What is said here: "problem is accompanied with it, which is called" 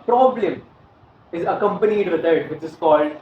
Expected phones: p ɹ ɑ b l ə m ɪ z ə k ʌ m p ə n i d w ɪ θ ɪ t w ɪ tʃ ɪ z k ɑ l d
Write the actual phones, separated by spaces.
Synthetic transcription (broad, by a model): p ɹ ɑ b l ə m ɪ z ə k ʌ m p ə n i d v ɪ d ɪ t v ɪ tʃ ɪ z k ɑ l d